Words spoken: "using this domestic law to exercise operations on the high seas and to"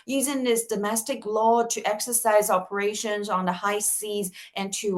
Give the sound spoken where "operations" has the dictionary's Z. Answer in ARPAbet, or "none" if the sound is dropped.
Z